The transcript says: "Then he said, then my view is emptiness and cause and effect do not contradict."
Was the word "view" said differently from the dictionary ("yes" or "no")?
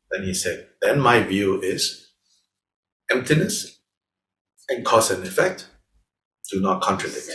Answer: no